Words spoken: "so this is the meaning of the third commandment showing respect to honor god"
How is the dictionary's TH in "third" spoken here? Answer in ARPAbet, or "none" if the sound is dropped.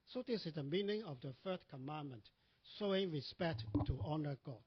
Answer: F